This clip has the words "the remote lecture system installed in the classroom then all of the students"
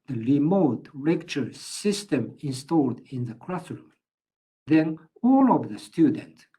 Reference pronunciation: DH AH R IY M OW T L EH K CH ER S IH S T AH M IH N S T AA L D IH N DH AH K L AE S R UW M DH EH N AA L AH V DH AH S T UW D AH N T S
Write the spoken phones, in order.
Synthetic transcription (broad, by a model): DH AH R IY M OW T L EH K CH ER S IH S T AH M IH N S T AA L D IH N DH AH K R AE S R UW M DH EH N AA L AH V DH AH S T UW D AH N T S